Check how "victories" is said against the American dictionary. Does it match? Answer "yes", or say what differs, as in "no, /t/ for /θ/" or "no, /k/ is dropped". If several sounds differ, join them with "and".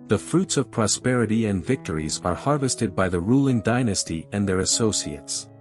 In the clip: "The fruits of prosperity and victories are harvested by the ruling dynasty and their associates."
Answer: yes